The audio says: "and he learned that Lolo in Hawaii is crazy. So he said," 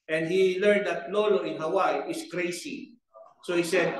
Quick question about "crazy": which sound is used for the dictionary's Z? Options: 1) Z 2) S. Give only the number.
2